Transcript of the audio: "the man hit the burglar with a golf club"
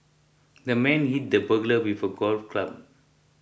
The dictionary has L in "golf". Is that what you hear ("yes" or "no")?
yes